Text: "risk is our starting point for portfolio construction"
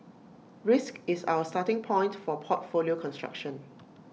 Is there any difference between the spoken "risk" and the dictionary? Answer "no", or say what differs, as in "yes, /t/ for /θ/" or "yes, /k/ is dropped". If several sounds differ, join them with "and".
no